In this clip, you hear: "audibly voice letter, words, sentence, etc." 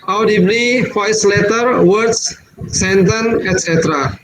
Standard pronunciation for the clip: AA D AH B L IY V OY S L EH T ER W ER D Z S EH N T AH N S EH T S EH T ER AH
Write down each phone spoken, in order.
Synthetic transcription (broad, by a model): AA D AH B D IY F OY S L EH T ER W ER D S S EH N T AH N EH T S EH T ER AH